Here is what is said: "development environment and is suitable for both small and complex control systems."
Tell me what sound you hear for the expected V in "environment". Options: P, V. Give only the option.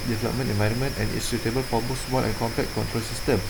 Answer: V